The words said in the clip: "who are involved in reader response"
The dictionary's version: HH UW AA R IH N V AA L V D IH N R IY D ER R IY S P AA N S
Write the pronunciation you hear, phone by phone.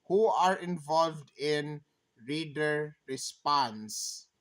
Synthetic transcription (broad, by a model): HH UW AA R IH N V AA L V D IH N R IY D ER R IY S P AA N S